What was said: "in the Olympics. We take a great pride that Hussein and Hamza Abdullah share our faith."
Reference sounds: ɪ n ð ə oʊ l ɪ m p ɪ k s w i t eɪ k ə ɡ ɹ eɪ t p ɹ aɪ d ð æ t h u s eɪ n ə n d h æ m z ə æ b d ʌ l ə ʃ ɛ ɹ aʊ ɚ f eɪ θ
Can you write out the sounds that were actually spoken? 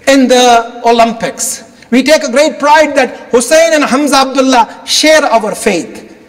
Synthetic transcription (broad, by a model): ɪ n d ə oʊ l ɪ m p ɪ k s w i t eɪ k ə ɡ ɹ eɪ t p ɹ aɪ d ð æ t h u s eɪ n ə n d h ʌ m z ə b d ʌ l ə ʃ ɛ ɹ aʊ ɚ f eɪ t